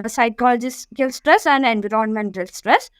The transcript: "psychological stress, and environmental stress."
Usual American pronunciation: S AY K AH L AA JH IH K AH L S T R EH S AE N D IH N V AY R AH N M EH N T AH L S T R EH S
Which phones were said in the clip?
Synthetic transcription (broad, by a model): S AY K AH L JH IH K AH L S T R EH S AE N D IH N B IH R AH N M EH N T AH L S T R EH S